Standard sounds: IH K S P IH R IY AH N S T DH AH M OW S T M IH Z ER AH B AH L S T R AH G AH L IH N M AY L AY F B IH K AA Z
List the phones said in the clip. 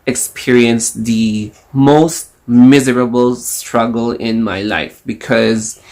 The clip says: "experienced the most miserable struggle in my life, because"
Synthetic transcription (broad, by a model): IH K S P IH R IY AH N S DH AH M OW S T M IH Z ER AH B AH L S T R AH G AH L IH N M AY L AY F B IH K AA Z